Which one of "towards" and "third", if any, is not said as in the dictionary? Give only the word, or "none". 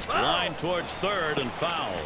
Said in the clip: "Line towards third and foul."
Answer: none